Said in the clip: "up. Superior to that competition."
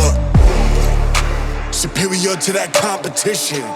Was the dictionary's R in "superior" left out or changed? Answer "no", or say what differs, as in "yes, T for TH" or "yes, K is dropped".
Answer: yes, R is dropped